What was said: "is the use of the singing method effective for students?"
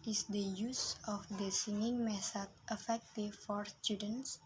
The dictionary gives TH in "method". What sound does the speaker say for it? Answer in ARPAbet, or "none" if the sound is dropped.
S